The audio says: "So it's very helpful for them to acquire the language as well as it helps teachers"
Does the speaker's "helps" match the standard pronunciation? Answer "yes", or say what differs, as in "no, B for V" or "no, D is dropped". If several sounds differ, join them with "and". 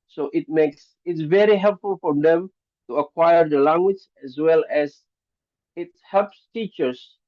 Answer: yes